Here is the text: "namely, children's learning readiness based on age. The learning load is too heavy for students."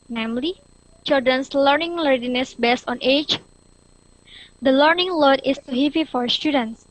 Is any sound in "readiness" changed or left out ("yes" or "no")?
yes